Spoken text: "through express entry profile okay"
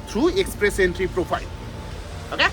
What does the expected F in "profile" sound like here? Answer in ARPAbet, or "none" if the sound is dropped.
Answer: P